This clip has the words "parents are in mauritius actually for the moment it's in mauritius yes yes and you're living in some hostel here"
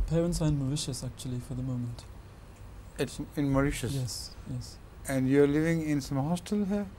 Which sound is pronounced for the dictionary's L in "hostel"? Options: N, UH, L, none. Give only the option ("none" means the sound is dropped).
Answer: L